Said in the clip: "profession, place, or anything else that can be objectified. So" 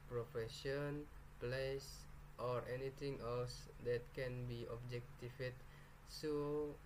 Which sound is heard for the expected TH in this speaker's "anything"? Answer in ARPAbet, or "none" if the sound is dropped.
T